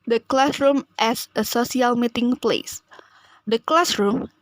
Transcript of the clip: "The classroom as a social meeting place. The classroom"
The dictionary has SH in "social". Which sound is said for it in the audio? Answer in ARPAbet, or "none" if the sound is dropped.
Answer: S